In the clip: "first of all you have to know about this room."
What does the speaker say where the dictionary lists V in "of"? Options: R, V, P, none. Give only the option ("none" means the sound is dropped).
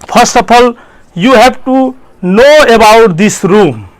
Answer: P